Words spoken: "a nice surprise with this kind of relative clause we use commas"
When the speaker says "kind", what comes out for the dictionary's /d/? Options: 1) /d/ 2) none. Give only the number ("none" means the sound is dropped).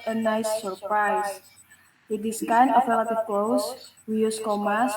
2